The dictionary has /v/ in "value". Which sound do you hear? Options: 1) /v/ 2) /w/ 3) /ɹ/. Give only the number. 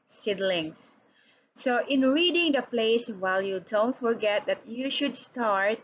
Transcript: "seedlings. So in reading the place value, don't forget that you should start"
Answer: 2